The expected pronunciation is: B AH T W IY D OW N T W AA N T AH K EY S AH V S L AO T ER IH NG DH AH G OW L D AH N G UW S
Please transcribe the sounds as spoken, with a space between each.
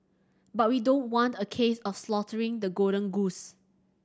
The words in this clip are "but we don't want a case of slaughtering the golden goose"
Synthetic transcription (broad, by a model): B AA T W IY D OW N T W AA N T AH K EY S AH F S L AO T ER IH NG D AH G OW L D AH N G UW S